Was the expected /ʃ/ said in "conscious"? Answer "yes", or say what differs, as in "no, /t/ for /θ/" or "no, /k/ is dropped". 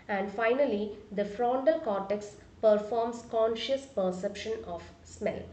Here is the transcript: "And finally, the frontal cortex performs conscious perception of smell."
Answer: yes